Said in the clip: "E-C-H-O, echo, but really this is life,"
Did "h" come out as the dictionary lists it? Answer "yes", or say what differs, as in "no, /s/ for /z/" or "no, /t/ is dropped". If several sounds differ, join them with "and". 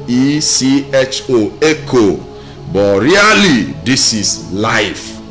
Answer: yes